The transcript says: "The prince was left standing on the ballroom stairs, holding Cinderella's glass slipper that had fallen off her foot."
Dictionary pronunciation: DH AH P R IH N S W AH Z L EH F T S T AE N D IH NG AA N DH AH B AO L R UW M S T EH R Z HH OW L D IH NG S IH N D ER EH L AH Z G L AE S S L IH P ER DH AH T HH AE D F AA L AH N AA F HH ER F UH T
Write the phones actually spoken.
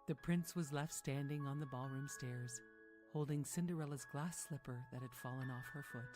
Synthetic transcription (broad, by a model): DH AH P R IH N S W AH Z L EH F T S T AE N D IH NG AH N DH AH B AO L R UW M S T EH R Z HH OW L D IH NG S IH N D ER EH L AH Z G L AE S S L IH P ER DH AH T HH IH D F AA L AH N AA F HH ER F UH T